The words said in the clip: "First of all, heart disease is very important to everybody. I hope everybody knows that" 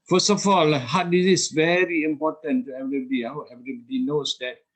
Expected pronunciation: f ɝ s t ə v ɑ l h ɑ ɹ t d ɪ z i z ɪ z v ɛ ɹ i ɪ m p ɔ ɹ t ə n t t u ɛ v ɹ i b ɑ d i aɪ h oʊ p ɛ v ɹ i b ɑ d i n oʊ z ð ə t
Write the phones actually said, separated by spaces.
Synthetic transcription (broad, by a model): f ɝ s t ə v ɑ l h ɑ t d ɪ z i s v ɛ ɹ i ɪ m p ɔ t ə n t t u ɛ v ɹ i b ɑ d i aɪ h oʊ ɛ v ɹ i b ɑ d i n oʊ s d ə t